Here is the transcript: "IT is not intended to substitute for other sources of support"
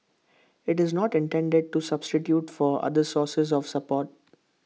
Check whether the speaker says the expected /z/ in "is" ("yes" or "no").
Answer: yes